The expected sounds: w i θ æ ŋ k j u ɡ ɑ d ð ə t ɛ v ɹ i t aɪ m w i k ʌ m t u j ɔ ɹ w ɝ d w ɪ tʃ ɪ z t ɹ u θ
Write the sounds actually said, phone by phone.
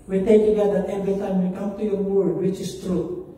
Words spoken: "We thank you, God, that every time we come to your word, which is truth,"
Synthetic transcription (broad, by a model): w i t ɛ k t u ɡ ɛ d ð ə t ɛ v ɹ i t aɪ m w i k ʌ m t u j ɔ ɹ w ɝ d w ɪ tʃ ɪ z t ɹ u